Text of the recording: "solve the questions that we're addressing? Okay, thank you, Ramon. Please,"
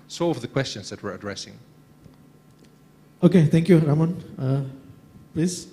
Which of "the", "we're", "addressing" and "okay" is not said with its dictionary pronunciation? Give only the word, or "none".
none